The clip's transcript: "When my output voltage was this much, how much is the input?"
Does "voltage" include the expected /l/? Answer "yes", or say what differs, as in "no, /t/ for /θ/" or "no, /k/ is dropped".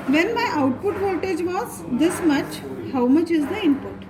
no, /l/ is dropped